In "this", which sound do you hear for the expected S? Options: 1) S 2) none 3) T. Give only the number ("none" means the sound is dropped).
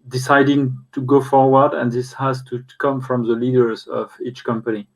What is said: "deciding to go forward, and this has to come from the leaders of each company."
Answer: 1